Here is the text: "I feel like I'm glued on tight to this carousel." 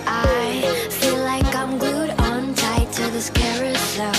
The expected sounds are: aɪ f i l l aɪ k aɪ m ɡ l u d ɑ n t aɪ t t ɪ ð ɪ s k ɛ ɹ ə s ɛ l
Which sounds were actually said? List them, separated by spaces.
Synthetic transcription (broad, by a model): aɪ f i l l aɪ k aɪ m ɡ ʊ d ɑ n t aɪ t t ɪ ð ɪ s k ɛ ɹ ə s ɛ